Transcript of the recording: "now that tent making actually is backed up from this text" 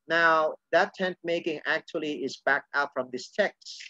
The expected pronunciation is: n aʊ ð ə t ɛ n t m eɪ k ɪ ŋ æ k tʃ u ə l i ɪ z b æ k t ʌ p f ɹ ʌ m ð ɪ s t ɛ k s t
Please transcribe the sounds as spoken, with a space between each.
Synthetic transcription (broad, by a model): n aʊ ð ə t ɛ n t m eɪ k ɪ ŋ æ k tʃ u ə l i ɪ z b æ k t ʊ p f ɹ ʌ m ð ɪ s t ɛ k s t